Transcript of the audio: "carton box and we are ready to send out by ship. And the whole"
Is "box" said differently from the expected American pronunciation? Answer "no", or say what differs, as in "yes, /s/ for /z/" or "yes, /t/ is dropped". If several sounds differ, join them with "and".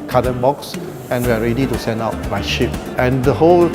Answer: no